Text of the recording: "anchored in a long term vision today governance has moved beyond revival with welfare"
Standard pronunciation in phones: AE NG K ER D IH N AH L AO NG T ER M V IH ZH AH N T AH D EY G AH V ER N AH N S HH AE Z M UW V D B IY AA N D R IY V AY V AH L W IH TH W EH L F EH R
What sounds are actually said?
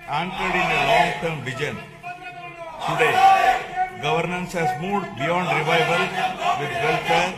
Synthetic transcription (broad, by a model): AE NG K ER D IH N AH L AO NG T ER M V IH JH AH N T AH D EY G AH V ER N AH N S HH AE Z M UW D B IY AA N D R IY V AY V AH L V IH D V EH L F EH R